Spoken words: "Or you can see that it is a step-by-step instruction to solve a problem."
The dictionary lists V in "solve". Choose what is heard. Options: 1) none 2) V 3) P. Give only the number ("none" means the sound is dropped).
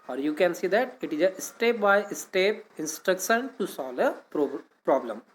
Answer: 3